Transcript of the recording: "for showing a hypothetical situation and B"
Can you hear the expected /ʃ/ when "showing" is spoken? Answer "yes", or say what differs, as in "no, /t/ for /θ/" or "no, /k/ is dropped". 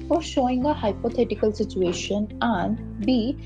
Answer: yes